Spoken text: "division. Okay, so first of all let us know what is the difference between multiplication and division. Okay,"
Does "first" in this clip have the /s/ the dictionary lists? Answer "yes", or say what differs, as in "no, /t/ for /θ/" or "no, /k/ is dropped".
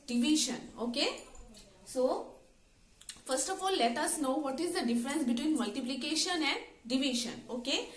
yes